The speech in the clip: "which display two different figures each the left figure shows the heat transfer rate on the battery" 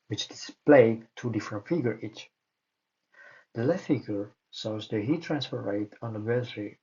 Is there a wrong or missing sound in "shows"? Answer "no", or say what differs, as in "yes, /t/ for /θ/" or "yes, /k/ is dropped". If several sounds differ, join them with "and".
yes, /s/ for /ʃ/